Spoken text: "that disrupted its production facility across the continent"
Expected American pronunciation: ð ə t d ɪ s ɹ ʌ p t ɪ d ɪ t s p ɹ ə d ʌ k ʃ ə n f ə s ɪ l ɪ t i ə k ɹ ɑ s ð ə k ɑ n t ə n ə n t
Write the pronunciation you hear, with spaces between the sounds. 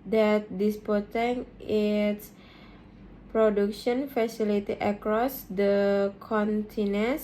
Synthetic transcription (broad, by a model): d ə t d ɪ s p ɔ t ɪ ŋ ɪ t s p ɹ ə d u k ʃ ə n f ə s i l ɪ t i ə k ɹ ɑ s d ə k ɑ n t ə n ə n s